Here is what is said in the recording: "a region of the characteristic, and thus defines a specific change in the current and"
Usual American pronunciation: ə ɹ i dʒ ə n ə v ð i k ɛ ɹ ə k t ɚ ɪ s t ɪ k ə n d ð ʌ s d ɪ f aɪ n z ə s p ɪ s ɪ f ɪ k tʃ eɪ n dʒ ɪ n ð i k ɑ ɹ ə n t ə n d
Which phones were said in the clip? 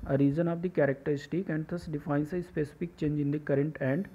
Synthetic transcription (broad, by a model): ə ɹ i z ə n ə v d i k ɛ ɹ ə k t ɚ ɪ s t ɪ k ə n d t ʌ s d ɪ f aɪ n s ə s p ɪ s ɪ f ɪ k tʃ eɪ n dʒ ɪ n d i k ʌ ɹ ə n t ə n d